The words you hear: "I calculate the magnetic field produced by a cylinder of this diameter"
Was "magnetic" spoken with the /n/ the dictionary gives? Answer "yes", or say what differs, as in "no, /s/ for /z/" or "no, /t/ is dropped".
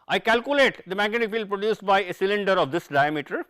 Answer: no, /n/ is dropped